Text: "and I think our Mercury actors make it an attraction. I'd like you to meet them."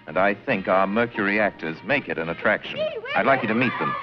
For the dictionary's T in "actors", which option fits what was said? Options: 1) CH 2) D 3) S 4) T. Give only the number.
4